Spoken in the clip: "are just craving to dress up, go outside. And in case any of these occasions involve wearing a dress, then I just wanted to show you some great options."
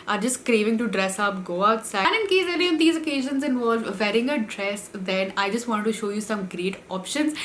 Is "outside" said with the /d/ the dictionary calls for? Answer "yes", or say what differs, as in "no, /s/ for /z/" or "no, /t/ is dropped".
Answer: no, /d/ is dropped